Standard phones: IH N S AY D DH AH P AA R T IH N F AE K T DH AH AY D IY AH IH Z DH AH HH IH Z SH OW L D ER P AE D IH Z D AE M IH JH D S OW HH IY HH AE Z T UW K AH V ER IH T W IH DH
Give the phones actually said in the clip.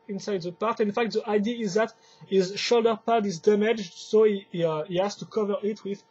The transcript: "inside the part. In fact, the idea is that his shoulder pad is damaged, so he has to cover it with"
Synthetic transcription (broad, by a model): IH N S AY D DH AH P AA R T IH N F AE K T DH AH AY D IY AH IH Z DH AH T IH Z SH OW L D ER P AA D IH Z D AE M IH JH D S OW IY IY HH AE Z T UW K AH V ER IH T W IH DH